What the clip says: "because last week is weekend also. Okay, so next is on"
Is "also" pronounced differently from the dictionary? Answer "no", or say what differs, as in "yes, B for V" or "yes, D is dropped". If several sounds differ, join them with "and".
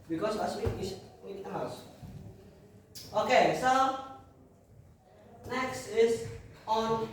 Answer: yes, L is dropped